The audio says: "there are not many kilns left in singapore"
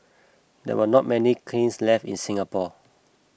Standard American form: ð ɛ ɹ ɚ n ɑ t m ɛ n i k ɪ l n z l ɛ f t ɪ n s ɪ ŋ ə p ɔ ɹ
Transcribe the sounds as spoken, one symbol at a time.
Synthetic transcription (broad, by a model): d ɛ w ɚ n ɑ t m ɛ n i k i n s l ɛ f t ɪ n s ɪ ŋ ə p ɔ